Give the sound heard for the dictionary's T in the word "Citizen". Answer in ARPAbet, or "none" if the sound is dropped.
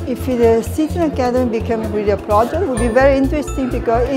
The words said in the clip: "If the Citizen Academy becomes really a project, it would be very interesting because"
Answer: S